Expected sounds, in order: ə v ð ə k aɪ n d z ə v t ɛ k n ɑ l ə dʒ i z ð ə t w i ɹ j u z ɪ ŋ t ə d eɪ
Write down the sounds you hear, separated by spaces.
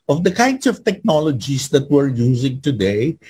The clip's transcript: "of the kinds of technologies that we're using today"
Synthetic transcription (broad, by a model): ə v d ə k aɪ n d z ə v t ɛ k n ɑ l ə dʒ i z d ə t w i ɹ j u z ɪ ŋ t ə d eɪ